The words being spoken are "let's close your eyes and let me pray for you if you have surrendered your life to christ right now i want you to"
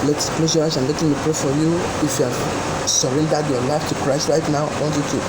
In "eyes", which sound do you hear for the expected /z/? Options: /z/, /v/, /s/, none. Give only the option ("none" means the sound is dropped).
/s/